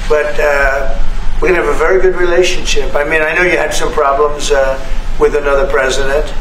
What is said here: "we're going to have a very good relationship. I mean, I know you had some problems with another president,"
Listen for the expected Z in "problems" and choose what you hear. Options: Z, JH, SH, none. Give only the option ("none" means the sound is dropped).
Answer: Z